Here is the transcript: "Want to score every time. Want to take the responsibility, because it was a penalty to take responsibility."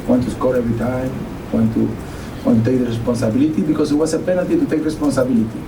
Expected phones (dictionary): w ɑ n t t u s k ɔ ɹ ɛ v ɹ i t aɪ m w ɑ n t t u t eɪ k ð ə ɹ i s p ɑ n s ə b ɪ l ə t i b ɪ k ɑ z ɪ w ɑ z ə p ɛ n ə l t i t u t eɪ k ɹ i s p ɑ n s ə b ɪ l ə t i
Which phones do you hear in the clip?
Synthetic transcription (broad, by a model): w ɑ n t t u s k ɔ ɹ ɛ v ɹ i t aɪ m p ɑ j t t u t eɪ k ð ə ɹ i s p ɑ n s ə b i l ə t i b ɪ k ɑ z ɪ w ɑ s ə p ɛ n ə t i t u t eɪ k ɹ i s p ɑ n s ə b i l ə t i